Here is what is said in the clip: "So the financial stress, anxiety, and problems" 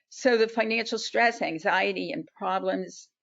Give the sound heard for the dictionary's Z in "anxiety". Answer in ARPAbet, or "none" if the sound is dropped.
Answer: Z